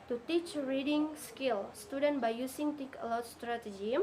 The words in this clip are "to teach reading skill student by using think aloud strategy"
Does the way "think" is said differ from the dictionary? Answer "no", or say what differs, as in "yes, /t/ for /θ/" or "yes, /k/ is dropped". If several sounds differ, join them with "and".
yes, /t/ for /θ/ and /ŋ/ is dropped